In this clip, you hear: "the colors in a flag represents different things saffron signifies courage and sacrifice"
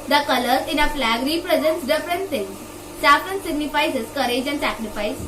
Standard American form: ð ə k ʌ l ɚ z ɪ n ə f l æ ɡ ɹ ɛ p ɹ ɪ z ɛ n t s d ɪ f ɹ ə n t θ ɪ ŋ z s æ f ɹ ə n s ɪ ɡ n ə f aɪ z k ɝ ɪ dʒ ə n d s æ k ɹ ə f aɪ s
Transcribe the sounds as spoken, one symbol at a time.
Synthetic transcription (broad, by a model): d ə k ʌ l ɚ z ɪ n ə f l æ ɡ ɹ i p ɹ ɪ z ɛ n t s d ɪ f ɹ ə n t s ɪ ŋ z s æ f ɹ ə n s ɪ ɡ n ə f aɪ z k ɝ ɪ dʒ ə n d s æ k ɹ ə f aɪ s